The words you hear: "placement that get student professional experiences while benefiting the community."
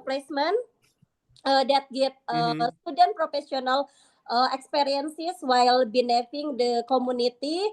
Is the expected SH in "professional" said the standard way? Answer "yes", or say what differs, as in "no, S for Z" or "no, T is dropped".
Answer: no, S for SH